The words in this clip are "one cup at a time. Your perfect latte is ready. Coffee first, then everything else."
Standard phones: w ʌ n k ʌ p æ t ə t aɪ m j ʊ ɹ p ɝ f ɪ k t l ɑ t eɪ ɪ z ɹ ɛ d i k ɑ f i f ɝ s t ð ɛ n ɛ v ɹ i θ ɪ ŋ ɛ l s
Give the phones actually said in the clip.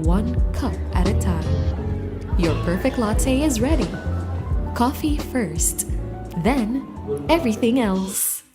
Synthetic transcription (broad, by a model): w ʌ n k ʌ p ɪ t ə t aɪ m j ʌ ɹ p ɝ f ɪ k t l ɑ t eɪ ɪ z ɹ ɛ d i k ɑ f i f ɝ s t ð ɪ n ɛ v ɹ i θ ɪ ŋ ɛ l s